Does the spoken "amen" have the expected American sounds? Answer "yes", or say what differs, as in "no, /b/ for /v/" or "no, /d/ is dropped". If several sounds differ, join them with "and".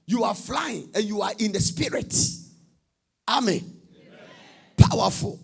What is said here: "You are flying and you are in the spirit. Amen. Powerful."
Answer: yes